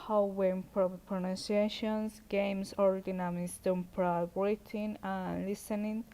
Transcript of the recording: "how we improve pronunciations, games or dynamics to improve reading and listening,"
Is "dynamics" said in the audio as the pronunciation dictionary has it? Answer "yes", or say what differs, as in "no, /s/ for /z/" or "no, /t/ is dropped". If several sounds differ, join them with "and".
no, /k/ is dropped